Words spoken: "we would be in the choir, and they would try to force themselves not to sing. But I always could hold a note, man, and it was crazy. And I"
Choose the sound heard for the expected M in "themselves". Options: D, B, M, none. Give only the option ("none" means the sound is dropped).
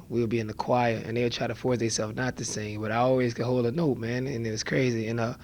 none